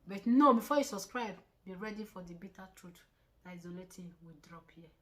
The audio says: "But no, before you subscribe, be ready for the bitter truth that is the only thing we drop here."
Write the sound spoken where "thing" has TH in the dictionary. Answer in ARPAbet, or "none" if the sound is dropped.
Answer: T